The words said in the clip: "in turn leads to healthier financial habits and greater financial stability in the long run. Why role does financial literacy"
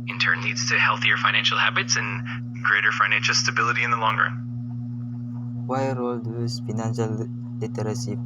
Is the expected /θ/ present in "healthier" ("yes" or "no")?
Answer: yes